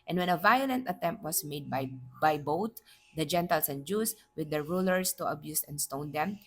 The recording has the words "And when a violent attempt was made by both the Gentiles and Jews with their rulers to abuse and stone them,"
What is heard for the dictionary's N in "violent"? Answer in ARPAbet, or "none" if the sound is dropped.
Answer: N